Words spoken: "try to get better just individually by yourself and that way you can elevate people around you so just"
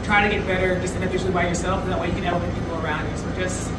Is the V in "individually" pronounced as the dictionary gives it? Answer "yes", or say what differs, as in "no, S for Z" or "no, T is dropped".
no, F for V